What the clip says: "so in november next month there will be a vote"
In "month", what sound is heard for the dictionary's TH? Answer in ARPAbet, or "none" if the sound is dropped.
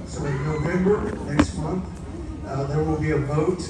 TH